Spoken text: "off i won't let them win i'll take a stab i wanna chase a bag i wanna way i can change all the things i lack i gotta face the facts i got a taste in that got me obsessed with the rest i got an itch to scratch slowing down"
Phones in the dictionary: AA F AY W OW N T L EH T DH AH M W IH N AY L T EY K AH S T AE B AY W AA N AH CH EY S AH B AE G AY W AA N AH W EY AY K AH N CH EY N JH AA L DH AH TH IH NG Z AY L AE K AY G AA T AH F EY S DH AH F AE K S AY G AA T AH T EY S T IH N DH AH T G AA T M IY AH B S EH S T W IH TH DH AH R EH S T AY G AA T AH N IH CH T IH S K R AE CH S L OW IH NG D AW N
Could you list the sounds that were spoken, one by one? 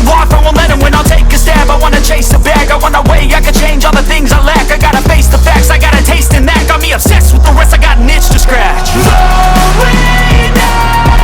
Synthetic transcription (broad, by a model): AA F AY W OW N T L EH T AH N W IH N AY L T EY K AH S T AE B AY W AA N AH CH EY S AH B AE G AY W AA N AH W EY AY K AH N CH EY N JH AA L DH AH TH IH NG Z AY L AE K AY G AA T AH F EY S DH AH F AE K S AY G AA T AH T EY S T IH N DH AH T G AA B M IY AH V S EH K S W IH DH AH R EH S T AY G AA T N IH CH T IH S K R AE CH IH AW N